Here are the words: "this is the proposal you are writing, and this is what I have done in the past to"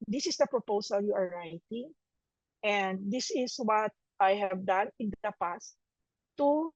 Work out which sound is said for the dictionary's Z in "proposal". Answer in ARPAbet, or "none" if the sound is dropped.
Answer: S